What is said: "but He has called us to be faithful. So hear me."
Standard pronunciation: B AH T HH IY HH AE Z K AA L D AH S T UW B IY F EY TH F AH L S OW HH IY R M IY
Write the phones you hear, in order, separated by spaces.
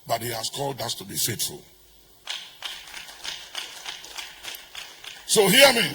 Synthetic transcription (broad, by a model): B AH T HH IY HH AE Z K AA L D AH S T UW B IY F EY T F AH L S OW HH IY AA M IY